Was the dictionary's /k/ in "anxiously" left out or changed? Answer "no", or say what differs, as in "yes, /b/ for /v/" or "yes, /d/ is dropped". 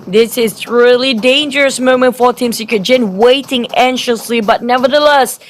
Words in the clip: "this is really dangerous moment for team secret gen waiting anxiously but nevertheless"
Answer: yes, /k/ is dropped